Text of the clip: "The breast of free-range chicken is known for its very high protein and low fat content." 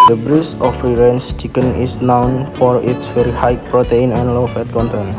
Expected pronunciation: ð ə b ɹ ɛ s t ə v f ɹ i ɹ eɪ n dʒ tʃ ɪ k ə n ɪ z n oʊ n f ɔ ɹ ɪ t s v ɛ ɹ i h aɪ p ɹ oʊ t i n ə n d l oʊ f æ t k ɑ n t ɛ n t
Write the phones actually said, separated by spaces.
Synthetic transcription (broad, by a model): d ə b ɹ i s ə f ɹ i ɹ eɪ n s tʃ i k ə n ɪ s n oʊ n f ɔ ɹ ɪ t s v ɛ ɹ i h aɪ p ɹ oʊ t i n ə n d l oʊ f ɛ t k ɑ n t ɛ n